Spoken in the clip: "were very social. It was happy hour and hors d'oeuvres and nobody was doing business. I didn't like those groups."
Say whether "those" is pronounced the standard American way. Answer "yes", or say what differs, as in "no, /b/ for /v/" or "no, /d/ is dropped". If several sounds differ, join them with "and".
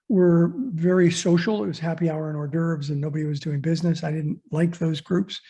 yes